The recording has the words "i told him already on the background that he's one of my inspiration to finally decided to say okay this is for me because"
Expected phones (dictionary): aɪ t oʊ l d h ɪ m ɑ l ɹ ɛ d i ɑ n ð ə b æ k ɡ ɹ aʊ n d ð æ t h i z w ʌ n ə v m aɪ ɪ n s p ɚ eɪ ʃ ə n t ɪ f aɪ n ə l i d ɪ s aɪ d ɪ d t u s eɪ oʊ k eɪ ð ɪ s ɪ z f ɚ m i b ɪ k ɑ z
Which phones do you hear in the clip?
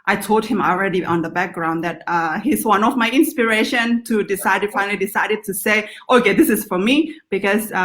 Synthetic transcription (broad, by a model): aɪ t oʊ l d h ɪ m ɑ l ɹ ɛ d i ɑ n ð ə b æ k ɡ ɹ aʊ n d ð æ t h i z w ʌ n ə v m aɪ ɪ n s p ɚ eɪ ʃ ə n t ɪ f aɪ n ə l i d ɪ s aɪ d ɪ d t u s eɪ oʊ k eɪ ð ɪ s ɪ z f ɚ m i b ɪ k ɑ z